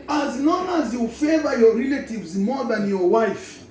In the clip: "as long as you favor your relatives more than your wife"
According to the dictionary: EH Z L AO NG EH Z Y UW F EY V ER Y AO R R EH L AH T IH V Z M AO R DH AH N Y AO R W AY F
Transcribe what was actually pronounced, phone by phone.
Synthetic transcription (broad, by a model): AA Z N AO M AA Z Y UW F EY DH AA Y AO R R EH L AH T IH V Z M AO DH AH N Y AO W AY F